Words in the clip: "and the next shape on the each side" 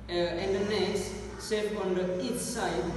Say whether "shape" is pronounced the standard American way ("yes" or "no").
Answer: no